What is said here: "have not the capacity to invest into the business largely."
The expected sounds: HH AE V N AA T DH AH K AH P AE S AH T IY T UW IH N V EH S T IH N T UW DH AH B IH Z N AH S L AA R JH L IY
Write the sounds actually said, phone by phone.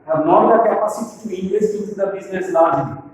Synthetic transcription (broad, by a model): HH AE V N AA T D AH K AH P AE S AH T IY T UW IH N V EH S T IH T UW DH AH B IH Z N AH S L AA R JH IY